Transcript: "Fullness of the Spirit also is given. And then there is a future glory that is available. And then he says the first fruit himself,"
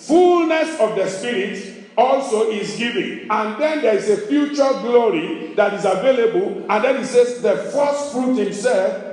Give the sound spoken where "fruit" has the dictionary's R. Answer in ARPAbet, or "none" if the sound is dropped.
R